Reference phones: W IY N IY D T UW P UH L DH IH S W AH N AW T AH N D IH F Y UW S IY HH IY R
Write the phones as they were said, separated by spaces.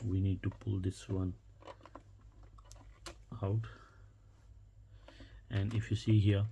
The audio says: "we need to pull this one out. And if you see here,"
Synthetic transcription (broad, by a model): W IY N IY D T UW P UH L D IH S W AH N AW T AH N D IH F Y UW S IY HH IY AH